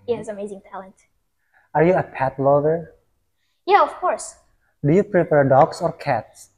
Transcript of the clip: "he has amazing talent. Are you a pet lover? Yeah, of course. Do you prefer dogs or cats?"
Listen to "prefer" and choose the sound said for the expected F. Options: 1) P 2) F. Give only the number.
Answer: 1